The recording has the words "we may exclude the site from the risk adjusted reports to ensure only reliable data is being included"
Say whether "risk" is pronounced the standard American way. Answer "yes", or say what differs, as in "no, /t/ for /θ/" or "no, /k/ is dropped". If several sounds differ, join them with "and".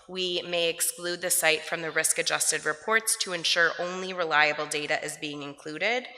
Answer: yes